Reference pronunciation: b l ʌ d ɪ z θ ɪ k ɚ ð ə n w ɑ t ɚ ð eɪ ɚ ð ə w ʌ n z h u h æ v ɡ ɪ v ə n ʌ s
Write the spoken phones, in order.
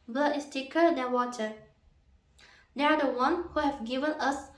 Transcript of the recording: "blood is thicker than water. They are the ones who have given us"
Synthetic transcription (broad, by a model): b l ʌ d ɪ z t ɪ k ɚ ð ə n w ɑ t ɚ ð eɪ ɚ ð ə w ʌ n h u h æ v ɡ ɪ v ə n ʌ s